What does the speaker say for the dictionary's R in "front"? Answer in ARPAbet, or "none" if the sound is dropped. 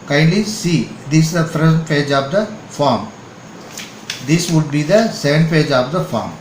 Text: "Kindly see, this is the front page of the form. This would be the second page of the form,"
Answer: none